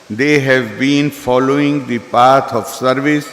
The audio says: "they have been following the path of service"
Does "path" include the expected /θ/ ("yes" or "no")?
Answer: no